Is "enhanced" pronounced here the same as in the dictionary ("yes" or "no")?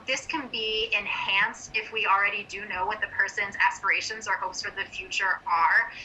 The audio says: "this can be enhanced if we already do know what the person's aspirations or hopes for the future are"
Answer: yes